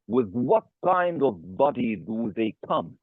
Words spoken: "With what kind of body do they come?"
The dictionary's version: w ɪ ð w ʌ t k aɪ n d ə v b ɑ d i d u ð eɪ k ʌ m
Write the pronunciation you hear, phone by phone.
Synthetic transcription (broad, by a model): w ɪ ð w ʌ t k aɪ n d ə v b ɑ d i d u ð eɪ k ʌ m